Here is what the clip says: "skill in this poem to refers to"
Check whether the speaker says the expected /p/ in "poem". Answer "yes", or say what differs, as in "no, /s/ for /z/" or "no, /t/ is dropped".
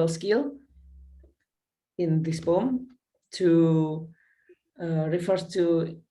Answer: no, /b/ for /p/